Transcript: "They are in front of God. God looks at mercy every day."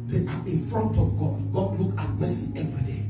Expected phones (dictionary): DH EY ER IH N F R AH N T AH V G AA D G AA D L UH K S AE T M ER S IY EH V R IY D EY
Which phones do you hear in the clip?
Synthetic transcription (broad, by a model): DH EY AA IH N F R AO N T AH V G AA D G AA D L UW K AA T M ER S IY EH V R IY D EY